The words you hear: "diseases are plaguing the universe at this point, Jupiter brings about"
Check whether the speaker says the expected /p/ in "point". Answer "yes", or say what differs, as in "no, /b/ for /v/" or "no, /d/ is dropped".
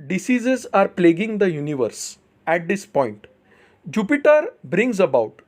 yes